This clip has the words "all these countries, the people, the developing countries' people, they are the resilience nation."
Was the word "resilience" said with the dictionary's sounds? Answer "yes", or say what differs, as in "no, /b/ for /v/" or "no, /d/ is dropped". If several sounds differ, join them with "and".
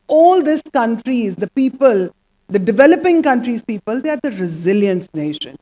yes